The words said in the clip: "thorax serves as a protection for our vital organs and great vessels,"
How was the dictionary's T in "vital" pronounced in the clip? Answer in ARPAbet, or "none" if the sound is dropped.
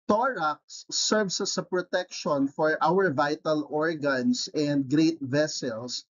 T